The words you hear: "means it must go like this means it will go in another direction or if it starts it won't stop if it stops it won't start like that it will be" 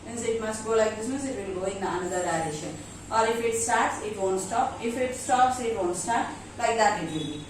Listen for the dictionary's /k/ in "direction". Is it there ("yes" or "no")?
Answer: no